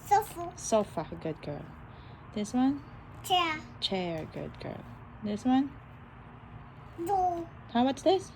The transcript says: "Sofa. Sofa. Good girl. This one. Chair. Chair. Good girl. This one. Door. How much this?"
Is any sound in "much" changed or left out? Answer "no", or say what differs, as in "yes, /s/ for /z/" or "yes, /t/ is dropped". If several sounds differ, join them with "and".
yes, /s/ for /tʃ/